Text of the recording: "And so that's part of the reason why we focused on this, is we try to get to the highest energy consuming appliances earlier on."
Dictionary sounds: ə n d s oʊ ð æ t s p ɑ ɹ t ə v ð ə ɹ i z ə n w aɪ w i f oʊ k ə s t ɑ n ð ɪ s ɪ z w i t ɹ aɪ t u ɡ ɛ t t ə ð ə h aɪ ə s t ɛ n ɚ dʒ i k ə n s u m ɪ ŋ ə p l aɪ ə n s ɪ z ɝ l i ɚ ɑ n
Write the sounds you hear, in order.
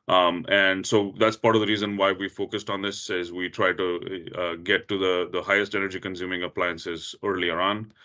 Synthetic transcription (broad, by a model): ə n d s oʊ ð æ t s p ɑ ɹ t ə v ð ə ɹ i z ə n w aɪ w i f oʊ k ə s t ɑ n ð ɪ s ɪ z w i t ɹ aɪ t u ɡ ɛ t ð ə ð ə h aɪ ə s t ɛ n ɚ dʒ i k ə n s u m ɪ ŋ ə p l aɪ ə n s ɪ z ɝ l i ɚ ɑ n